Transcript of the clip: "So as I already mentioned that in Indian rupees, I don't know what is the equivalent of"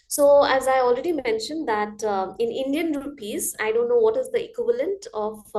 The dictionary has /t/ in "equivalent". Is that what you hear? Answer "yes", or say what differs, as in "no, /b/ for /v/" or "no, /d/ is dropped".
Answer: yes